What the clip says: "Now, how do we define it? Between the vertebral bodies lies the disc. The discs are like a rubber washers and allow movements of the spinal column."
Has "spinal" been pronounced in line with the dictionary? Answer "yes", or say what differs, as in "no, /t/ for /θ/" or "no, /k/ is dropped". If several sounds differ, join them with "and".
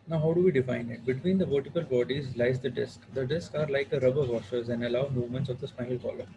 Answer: no, /n/ is dropped